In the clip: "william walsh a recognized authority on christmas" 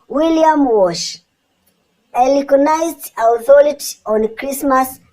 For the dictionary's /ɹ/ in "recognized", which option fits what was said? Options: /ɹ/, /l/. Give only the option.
/l/